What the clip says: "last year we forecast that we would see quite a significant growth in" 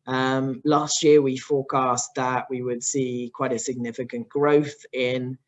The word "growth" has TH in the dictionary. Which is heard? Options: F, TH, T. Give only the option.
TH